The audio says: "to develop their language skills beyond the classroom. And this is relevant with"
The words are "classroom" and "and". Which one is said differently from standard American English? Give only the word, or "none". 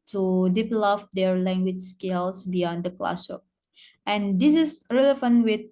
classroom